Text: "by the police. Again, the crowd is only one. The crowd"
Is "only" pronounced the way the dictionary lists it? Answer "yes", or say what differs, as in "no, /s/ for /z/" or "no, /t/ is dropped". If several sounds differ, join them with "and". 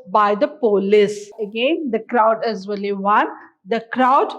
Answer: no, /n/ is dropped